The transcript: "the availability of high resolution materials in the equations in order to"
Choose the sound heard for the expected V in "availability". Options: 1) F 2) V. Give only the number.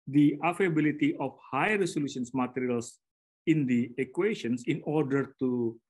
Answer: 1